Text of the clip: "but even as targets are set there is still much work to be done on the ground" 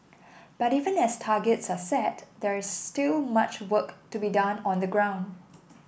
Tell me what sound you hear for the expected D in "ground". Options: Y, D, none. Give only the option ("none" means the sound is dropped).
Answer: D